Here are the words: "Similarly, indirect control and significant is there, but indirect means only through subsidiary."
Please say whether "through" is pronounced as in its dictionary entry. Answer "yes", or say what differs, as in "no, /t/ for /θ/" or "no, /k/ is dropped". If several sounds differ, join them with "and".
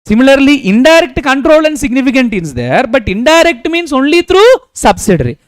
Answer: no, /t/ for /θ/